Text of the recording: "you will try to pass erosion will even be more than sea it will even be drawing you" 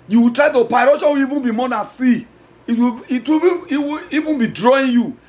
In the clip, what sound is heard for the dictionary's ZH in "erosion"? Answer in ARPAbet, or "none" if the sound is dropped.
SH